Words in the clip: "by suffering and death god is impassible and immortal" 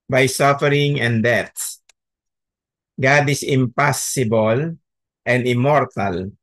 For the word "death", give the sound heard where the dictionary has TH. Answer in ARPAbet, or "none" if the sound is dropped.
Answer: S